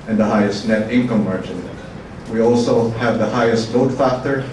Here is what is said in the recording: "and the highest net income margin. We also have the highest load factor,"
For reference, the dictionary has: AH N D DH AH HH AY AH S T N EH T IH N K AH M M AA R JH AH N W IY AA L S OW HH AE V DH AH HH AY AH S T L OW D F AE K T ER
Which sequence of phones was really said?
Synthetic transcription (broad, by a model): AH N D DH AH HH AY AH S T N EH T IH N K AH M M AA R JH AH N W IY AA L S OW HH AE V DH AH HH AY AH S T N OW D F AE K T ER